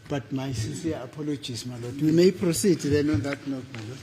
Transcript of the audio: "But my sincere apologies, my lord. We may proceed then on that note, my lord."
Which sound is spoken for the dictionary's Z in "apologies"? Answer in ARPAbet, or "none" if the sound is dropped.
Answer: S